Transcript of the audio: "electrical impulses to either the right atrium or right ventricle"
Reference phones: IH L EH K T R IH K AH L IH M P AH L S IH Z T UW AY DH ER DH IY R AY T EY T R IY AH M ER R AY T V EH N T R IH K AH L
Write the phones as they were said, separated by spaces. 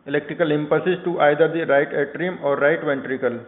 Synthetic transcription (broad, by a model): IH L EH K T R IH K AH L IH M P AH S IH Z T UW AY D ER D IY R AY T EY T R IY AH M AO R AY T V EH N T R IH K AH L